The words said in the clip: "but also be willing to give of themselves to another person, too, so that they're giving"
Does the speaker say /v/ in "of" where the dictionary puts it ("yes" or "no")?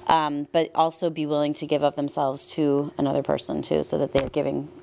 no